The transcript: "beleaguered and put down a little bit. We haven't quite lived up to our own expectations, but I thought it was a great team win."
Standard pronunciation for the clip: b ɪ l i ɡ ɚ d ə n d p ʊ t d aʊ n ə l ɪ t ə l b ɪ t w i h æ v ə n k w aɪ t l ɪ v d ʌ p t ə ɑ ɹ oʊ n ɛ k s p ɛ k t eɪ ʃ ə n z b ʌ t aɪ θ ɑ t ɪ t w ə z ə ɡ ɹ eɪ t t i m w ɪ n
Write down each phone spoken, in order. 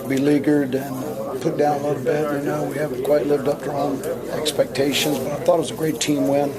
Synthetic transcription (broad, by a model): b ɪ l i ɡ ɚ d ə n p ʊ t d aʊ n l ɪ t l b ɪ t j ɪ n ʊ w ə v k w aɪ t l ɪ v d ʌ p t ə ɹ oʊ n ɛ k s p ɛ k t eɪ ʃ ə n z b ʌ t aɪ θ ɑ t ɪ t w ə z ə ɡ ɹ eɪ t t i m w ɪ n